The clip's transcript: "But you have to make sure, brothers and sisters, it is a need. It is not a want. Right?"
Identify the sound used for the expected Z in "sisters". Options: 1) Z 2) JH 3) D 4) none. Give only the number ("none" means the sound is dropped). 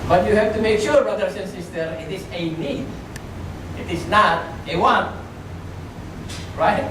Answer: 4